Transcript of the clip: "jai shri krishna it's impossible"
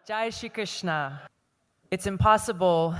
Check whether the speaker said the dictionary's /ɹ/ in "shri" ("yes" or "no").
no